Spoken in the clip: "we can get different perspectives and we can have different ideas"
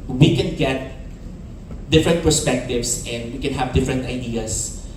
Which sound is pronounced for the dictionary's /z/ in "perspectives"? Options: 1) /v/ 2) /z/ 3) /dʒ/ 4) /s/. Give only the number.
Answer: 4